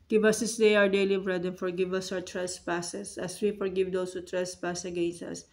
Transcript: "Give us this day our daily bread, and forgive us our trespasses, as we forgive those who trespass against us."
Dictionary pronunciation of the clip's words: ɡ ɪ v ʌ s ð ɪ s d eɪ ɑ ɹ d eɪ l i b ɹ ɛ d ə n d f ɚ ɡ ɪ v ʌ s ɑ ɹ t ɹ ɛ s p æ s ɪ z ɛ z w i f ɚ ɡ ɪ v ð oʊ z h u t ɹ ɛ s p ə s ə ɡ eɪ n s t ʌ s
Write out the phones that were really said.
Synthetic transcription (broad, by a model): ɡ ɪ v ʌ s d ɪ s d eɪ ɑ ɹ d eɪ l i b ɹ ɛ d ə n f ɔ ɡ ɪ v ʌ s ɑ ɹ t ɹ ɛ s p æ s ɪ s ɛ s w i f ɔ ɡ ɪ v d oʊ s h u t ɹ ɛ s p ə s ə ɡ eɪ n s ʌ s